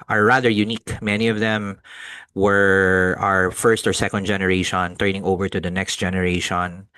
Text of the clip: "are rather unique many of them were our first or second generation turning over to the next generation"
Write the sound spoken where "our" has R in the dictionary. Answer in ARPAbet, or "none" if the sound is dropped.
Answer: R